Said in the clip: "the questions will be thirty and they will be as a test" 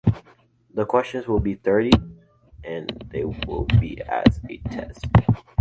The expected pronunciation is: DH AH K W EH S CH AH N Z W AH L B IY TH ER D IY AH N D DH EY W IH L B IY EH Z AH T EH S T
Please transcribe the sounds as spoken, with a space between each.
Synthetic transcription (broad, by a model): DH AH K W EH S CH AH N Z W AH L B IY TH ER D IY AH N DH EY W IH L B IY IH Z AH T EH S T